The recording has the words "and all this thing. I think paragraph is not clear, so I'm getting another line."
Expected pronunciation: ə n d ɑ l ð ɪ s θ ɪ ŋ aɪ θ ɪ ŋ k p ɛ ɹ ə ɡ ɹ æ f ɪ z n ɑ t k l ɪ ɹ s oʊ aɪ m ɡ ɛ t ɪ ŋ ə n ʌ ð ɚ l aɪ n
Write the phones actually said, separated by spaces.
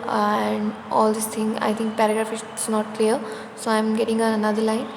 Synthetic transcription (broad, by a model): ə n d ɑ l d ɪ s t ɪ ŋ aɪ t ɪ ŋ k p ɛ ɹ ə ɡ ɹ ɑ f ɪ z n ɑ t k l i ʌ s oʊ aɪ m ɡ ɛ t ɪ ŋ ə n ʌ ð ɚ l aɪ n